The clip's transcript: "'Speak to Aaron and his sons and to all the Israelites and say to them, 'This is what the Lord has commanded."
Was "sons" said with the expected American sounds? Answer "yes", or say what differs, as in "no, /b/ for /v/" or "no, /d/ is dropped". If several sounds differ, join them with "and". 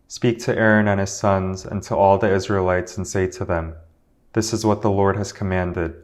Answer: yes